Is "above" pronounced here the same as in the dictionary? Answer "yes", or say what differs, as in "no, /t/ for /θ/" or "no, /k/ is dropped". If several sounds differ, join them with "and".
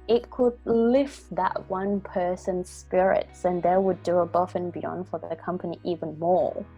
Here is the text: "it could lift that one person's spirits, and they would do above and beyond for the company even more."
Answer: no, /f/ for /v/